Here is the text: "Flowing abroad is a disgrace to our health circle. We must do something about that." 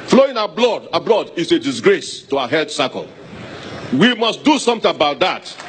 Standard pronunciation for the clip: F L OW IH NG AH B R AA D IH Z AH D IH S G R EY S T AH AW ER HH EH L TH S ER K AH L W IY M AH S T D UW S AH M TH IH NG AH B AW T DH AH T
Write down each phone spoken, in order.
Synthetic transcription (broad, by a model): F L OW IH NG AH B L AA D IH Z AH D IH S G R EY S T AH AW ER HH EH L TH S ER K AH L W IY M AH S T D UW S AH M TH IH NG AH B AW T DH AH T